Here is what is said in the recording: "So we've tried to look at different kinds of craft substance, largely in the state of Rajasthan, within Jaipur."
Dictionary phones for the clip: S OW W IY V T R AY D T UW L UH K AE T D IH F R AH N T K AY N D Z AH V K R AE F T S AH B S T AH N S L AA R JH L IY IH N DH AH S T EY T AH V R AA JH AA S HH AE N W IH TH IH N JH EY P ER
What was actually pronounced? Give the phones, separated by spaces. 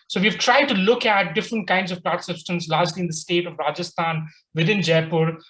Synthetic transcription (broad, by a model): S OW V IY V T R AY D T UW L UH K AE T D IH F R AH N T K AY N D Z AH V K L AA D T S AH B S T AH N S L AA R JH L IY IH N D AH S T EY T AH V R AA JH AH S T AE N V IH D IH N JH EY P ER